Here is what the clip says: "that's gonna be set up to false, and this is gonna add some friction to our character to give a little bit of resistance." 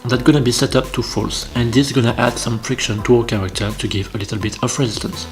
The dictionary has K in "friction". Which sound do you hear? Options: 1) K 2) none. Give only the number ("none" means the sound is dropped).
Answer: 1